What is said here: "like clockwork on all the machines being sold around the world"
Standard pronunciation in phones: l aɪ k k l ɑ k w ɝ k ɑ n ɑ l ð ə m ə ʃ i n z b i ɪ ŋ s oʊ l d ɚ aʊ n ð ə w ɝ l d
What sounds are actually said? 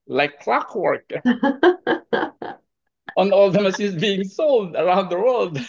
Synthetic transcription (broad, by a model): l aɪ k k l ɑ k w ɝ k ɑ n ɑ l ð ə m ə s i z b i ɪ ŋ s oʊ l d ɚ aʊ n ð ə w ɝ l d